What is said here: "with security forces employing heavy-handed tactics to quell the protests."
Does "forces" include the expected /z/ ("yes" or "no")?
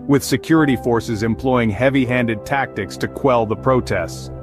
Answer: yes